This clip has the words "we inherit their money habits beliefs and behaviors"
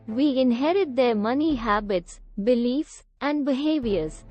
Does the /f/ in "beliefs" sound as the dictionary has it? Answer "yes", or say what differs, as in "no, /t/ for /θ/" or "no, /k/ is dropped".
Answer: yes